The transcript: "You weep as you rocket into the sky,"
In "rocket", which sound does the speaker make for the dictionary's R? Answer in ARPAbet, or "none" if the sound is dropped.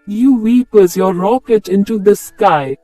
R